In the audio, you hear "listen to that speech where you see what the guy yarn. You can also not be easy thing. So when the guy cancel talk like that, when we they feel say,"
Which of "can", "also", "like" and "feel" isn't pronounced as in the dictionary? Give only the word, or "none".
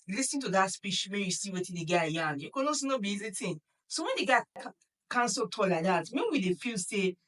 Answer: also